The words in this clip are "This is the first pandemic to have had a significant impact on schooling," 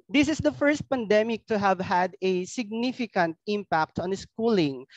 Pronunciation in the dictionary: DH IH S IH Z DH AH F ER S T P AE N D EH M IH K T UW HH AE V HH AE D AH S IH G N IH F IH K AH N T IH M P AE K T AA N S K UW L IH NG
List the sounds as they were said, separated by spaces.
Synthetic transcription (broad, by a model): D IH S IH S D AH F ER S T P AE N D EH M IH K T UW HH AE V HH AE D AH S IH G N IH F IH K AH N T IH M P AE K T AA N S K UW L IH NG